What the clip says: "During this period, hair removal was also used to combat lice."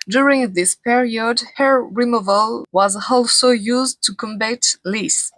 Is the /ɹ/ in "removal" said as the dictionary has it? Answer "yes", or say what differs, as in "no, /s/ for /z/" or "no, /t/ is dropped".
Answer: yes